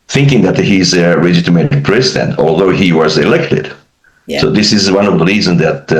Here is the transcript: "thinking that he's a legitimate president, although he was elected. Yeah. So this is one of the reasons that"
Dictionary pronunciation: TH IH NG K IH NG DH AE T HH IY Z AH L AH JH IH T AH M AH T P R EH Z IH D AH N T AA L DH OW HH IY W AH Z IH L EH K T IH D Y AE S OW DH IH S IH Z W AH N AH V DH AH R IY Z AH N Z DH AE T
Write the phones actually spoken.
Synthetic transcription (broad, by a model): TH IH NG K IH NG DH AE T HH IY Z AH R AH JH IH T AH M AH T P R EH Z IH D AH N T AA L DH OW HH IY W AH Z IH L EH K T IH D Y S OW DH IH S IH Z W AH N AH V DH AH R IY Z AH N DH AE T